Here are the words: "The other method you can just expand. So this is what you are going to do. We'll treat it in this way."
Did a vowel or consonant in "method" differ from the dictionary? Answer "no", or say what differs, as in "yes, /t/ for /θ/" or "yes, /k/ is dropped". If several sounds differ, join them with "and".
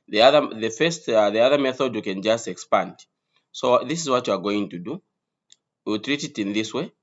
no